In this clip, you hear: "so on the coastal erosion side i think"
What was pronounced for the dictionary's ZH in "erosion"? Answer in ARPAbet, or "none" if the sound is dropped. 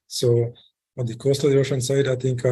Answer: SH